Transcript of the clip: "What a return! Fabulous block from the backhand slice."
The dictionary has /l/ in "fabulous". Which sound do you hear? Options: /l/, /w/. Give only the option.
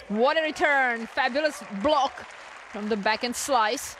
/l/